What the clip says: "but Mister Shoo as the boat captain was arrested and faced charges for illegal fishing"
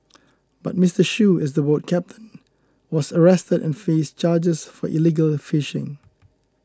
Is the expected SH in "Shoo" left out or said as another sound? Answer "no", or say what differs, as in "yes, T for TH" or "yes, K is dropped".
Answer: no